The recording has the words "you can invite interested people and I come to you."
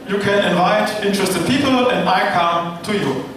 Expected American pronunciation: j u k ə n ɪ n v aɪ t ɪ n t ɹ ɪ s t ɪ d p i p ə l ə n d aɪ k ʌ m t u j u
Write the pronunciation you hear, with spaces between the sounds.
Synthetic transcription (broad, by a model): j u k ə n ɪ n v aɪ t ɪ n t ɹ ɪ s t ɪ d p i p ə l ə n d aɪ k ʌ m t u j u